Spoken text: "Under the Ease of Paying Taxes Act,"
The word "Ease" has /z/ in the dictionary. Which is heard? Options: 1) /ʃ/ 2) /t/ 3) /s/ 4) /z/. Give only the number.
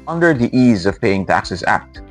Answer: 4